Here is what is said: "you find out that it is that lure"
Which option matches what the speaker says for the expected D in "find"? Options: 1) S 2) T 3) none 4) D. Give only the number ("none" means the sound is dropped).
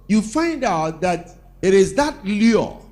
4